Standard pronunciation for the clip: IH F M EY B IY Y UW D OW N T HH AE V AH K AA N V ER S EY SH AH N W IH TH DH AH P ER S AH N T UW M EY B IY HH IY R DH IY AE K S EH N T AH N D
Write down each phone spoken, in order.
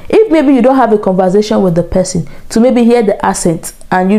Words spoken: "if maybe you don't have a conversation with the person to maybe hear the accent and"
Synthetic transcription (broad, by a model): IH F M EY B IY Y UW D OW N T HH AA V AH K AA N V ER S EY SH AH N W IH DH AH P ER S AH N T UW M EY B IY HH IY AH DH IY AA S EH N T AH N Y